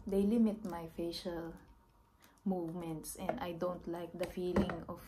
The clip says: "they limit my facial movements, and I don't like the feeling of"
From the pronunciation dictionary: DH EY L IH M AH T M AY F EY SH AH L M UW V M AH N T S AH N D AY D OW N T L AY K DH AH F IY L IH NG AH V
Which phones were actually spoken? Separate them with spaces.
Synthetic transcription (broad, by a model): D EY L IH M AH T M AY F EY SH AH L M UW V M AH N T S AH N D AY D OW N T L AY K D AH F IY L IH NG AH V